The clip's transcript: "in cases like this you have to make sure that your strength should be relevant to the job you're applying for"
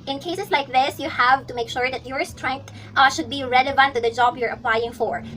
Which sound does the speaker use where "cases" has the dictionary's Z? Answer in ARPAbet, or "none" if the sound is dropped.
S